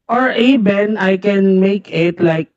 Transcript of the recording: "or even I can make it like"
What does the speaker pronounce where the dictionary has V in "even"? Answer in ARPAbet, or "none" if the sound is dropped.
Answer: B